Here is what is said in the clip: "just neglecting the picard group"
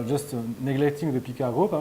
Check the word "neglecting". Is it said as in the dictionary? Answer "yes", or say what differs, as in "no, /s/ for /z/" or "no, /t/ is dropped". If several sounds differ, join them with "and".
yes